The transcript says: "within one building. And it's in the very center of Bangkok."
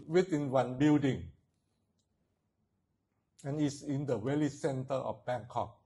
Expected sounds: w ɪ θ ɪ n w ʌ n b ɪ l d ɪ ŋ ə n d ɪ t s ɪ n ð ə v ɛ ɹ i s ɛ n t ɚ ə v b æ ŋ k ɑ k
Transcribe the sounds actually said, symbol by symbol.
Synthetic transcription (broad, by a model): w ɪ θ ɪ n w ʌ n b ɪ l d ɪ ŋ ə n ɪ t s ɪ n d ə w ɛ l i s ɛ n t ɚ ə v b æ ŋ k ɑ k